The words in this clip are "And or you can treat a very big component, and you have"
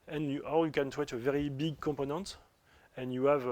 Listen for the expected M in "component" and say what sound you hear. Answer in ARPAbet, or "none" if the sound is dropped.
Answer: none